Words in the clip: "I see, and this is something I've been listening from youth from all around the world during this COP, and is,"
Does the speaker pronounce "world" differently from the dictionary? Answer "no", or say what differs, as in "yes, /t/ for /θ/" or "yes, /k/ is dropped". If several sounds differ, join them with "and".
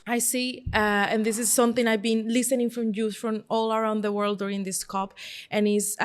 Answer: no